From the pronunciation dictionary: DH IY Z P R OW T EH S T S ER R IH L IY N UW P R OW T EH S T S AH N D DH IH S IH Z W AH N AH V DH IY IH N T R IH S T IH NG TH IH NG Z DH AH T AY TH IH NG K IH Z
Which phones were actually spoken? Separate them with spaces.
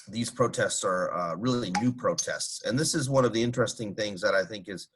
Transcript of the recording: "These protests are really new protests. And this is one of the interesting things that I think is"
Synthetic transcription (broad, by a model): DH IY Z P R OW T EH S T S ER R IH L IY N UW P R OW T EH S T S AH N DH IH S IH Z W AH N AH V DH IY IH N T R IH S T IH NG TH IH NG Z DH AH T AY TH IH NG K IH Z